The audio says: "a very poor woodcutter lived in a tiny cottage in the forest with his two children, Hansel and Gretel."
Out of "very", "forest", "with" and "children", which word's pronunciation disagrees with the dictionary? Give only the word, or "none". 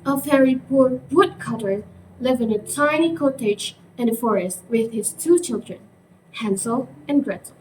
very